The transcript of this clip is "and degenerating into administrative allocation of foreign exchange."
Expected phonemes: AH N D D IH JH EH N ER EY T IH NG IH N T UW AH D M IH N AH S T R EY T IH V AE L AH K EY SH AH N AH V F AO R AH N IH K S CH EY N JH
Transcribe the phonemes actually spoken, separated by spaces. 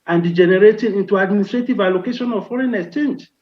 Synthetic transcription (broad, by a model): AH N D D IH JH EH N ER EY T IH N IH N T UW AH D M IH N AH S T R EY T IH V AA L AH K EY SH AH N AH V F AO R AH N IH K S CH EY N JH